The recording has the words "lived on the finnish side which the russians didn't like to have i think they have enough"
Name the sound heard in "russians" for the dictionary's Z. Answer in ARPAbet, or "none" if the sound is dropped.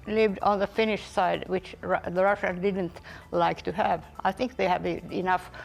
none